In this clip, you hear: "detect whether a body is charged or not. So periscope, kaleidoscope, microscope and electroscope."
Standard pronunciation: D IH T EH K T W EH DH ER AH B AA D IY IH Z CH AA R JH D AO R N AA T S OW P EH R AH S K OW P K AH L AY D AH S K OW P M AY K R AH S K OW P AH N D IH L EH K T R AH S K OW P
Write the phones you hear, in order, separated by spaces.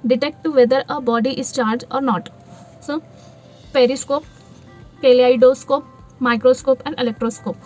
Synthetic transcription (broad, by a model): D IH T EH K T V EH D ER AH B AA D IY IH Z CH AA R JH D AO R N AA T S OW P EH R AH S K OW P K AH L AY D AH S K OW P M AY K R AH S K OW P AH N D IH L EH K T R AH S K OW P